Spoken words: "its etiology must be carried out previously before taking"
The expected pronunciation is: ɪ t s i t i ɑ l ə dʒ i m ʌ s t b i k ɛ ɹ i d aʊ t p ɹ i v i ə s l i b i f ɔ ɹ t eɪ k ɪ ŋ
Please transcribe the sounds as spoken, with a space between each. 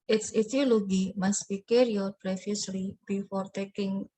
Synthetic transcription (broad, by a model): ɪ t s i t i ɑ l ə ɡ i m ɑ s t b i k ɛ ɹ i ɔ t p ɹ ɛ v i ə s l i b i f ɔ ɹ t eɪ k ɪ ŋ